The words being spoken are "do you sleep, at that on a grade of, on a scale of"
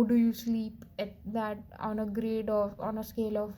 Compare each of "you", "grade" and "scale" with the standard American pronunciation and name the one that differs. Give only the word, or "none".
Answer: none